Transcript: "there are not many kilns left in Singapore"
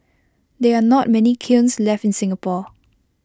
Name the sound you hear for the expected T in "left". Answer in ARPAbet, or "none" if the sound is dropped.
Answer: T